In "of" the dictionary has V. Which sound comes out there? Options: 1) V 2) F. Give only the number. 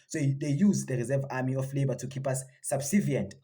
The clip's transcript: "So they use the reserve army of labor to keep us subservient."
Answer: 2